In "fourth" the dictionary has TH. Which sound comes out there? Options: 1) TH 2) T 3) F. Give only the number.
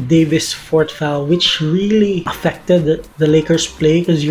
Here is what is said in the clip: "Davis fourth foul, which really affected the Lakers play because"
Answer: 2